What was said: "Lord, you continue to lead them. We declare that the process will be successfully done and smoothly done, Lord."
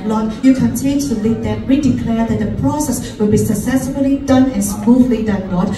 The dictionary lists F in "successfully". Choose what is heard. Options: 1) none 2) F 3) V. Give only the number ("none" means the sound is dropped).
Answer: 1